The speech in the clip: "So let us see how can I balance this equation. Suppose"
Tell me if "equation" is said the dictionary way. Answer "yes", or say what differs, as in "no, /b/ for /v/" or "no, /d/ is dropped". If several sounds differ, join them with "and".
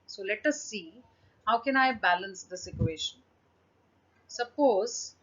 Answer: no, /ʃ/ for /ʒ/